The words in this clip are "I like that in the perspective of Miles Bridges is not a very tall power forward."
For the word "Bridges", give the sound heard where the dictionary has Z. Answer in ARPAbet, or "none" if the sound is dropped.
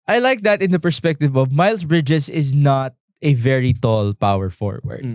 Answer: S